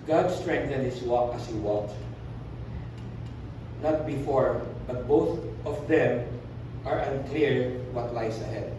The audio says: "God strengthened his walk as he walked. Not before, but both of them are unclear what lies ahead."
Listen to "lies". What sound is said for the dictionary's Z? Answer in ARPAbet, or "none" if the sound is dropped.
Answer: S